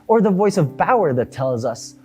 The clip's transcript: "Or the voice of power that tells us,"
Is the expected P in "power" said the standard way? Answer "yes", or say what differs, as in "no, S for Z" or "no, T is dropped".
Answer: no, B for P